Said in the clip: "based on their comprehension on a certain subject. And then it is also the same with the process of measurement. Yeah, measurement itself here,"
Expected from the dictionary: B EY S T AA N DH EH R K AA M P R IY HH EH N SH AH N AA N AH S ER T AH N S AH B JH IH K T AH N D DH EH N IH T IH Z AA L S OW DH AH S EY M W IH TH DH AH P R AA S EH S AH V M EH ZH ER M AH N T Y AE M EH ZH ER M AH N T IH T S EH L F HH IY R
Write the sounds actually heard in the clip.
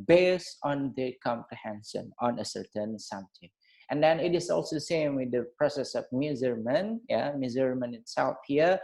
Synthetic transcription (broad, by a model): B EY S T AA N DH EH K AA M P IY HH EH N S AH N AA N AH S ER T AH N S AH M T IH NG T AH N D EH N IH T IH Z AA L S OW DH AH S EY M W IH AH P R AA S EH S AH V M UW Z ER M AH N Y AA M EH Z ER M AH N IH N S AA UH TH HH IY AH